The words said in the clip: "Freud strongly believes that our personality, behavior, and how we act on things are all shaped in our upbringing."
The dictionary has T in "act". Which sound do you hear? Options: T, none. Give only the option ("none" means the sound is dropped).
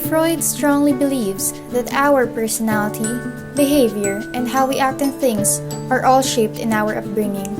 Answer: T